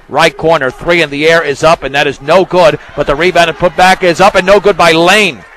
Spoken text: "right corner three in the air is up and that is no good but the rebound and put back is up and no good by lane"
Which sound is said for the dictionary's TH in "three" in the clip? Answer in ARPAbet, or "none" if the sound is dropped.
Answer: TH